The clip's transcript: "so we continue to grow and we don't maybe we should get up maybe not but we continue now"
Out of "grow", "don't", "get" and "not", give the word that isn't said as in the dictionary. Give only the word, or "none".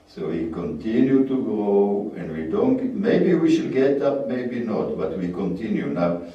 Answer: grow